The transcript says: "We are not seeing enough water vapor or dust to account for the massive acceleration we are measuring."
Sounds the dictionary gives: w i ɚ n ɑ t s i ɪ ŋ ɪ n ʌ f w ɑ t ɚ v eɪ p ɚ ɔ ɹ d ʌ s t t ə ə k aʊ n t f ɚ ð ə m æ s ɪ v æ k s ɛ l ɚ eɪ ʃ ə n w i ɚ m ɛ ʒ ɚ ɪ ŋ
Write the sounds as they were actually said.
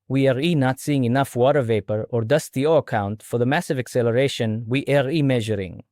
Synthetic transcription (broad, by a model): w i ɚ n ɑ t s i ɪ ŋ ɪ n ʌ f w ɑ t ɚ v eɪ p ɚ ɔ ɹ d ʌ s t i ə ə k aʊ n t f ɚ ð ə m æ s ɪ v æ k s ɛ l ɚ eɪ ʃ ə n w i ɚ m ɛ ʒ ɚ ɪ ŋ